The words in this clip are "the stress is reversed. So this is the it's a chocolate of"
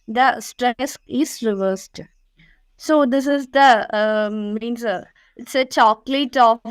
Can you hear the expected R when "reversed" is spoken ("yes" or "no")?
yes